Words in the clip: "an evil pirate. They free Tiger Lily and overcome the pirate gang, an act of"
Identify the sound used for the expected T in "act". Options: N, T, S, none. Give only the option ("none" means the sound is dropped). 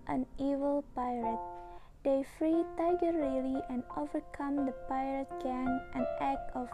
none